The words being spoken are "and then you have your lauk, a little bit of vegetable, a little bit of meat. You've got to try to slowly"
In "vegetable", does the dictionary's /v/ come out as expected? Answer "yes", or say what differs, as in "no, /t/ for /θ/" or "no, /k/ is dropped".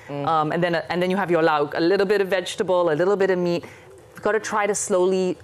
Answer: yes